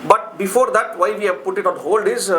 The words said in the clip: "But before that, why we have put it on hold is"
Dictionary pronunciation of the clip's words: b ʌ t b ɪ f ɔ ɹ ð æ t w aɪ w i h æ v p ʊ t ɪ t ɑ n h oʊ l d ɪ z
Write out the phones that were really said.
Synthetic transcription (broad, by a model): b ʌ t b ɪ f ɔ ɹ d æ t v aɪ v i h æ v p ʊ t ɪ t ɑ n h oʊ l d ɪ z